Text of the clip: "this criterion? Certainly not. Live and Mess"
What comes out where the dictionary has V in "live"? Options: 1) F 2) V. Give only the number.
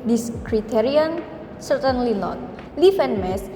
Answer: 1